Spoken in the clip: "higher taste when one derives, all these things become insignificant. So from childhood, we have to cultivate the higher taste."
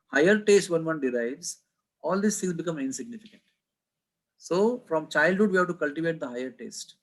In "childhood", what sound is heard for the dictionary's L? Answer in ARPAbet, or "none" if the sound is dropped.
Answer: L